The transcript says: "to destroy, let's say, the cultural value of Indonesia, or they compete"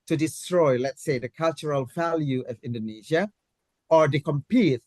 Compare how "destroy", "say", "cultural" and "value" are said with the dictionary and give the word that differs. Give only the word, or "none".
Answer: none